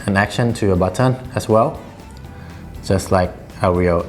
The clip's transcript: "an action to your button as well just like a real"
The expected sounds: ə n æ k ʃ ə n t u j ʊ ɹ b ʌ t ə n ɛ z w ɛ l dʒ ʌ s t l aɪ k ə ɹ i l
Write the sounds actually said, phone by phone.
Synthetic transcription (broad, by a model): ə n æ k ʃ ə n t u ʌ b ʌ t ə n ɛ s w ɛ l dʒ ʌ s t l aɪ k ə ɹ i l